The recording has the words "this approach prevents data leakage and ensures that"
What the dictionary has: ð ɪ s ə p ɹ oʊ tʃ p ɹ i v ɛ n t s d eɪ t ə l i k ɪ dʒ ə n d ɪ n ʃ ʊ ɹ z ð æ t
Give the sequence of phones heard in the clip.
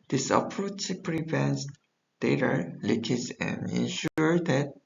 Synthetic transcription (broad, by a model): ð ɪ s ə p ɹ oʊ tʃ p ɹ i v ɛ n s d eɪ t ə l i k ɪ z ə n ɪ n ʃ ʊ ɹ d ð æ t